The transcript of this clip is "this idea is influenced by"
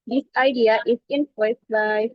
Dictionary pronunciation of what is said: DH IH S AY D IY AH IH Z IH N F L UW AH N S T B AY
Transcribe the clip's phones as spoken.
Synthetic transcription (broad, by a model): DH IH S AY D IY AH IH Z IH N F UW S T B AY